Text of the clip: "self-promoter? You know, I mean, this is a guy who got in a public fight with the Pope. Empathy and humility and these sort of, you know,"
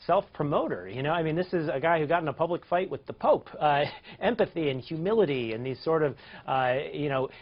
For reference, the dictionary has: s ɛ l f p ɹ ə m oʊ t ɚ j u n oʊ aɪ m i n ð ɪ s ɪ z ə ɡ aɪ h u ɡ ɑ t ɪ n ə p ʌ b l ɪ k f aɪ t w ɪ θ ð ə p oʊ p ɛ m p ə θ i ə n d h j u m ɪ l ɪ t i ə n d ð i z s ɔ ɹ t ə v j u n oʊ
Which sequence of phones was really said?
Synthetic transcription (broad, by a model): s ɛ l f p ɹ ə m oʊ t ɚ j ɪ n oʊ aɪ m i n ð ɪ s ɪ z ə ɡ aɪ h u ɡ ɑ t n ə p ʌ b l ɪ k f aɪ t w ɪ ð ə p oʊ p ɛ m p ə θ i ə n h j u m ɪ l ɪ t i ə n ð i z s ɔ ɹ t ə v j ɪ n oʊ